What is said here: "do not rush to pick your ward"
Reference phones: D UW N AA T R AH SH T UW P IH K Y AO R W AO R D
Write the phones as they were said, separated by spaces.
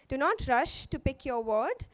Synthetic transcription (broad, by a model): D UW N AA T R AH SH T UW P IH K Y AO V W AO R D